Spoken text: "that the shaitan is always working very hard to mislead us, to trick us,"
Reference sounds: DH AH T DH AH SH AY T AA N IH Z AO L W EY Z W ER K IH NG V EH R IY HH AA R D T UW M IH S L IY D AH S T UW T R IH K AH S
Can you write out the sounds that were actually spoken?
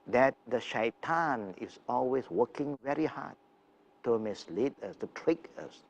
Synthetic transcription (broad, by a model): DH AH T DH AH SH AY T AA N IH S AO L W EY S W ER K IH NG V EH R IY HH AA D T UW M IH S L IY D AH S T UW T R IH K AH S